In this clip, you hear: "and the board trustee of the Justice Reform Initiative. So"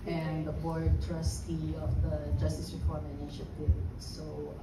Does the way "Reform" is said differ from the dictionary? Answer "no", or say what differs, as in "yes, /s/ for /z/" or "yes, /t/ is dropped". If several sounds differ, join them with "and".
yes, /p/ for /f/